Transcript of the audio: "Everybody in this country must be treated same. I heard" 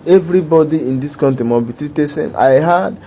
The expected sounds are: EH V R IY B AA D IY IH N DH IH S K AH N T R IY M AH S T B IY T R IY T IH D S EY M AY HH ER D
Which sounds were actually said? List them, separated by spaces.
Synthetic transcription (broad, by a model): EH V R IY B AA D IY IH N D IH S K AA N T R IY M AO B IY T IY T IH S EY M AY HH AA D